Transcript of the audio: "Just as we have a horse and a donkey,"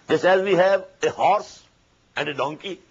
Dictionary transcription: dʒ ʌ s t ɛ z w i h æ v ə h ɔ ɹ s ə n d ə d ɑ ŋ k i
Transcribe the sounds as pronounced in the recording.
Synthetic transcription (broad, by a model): dʒ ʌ s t ɛ z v i h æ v ə h ɔ ɹ s ə n d ə d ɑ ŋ k i